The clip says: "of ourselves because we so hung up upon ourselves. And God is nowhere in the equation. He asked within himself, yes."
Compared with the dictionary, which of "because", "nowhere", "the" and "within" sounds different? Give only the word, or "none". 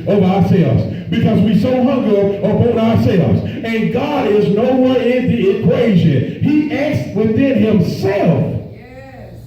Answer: none